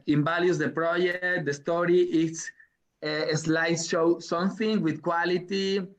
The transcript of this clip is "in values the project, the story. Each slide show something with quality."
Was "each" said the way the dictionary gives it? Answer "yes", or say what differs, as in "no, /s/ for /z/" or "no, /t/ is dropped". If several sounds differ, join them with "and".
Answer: no, /s/ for /tʃ/